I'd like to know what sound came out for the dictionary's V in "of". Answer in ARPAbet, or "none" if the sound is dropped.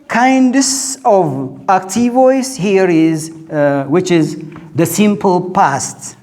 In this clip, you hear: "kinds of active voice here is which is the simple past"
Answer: V